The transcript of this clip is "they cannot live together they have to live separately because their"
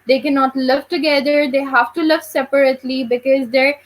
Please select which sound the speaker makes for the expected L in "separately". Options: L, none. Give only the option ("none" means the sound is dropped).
L